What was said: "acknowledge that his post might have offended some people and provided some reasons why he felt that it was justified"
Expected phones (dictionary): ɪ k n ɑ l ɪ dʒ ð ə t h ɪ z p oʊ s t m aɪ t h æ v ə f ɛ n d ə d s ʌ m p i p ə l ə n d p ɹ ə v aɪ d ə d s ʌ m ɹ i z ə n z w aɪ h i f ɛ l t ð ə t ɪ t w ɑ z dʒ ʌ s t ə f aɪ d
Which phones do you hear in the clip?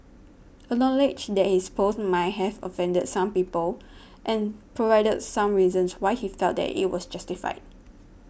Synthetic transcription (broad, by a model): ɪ n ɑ l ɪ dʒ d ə t h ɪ s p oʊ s m aɪ t h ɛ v ə f ɛ n d ə d s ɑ m p i p ə l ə n p ɹ ə v aɪ d ə d s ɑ m ɹ i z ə n s w aɪ h i f ɛ l t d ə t ɪ t w ɑ s dʒ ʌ s t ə f aɪ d